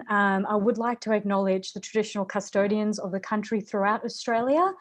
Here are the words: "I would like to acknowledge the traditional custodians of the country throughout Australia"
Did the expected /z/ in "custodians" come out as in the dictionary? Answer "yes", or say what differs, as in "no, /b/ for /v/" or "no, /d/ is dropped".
yes